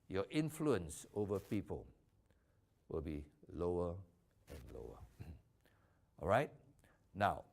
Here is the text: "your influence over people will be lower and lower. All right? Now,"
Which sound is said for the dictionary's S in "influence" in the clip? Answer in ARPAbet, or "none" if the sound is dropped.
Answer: S